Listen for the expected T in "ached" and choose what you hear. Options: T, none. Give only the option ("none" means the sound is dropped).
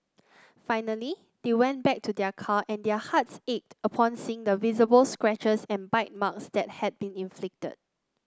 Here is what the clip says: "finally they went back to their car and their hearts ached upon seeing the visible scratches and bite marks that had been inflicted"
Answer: T